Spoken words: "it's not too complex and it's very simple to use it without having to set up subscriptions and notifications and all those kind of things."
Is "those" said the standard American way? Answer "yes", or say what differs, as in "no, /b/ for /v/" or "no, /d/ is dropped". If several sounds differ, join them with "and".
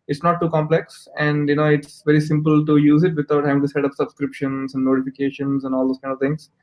no, /s/ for /z/